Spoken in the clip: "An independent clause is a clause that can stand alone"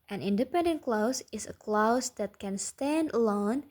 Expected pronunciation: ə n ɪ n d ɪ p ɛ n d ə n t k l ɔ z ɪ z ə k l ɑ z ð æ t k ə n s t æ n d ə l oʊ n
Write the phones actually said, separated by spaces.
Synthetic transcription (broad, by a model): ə n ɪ n d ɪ p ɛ n d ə n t k l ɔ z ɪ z ə k l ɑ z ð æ t k ə n s t æ n d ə l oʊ n